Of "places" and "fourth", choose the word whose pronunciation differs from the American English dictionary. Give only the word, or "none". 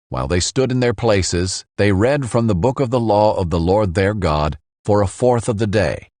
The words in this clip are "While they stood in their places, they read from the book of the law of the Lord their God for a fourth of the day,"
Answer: none